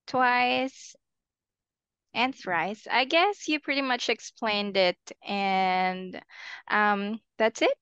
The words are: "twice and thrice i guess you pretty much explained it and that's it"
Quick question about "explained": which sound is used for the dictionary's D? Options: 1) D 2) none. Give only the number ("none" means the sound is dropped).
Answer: 1